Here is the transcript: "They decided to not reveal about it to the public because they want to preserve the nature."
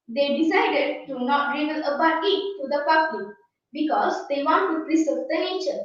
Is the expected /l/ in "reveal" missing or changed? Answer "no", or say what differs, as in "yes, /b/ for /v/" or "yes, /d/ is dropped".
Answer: yes, /n/ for /l/